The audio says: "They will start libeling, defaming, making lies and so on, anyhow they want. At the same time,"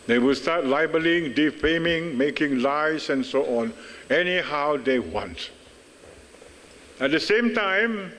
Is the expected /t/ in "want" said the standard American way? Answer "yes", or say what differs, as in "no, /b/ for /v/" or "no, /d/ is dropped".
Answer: yes